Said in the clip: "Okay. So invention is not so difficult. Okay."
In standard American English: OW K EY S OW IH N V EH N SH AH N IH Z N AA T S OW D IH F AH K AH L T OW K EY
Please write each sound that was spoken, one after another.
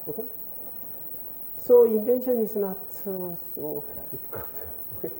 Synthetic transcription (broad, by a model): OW K EY S OW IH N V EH N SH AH N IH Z N AA T S OW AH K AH T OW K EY